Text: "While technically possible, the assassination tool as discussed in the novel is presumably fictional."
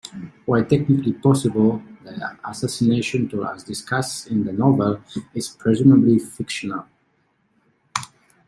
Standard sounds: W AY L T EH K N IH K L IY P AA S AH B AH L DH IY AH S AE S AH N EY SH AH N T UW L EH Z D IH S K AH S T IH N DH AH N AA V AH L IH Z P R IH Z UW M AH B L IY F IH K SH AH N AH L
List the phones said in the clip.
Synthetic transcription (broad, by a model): W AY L T EH K N IH K L IY P AA S AH B AH L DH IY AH S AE S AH N EY SH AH N T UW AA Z D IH S K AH S IH N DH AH N AA V AH L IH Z P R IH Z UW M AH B L IY F IH K SH AH N AH L